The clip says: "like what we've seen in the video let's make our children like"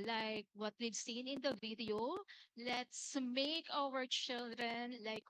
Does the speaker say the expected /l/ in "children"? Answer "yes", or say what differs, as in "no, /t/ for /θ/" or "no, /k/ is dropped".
yes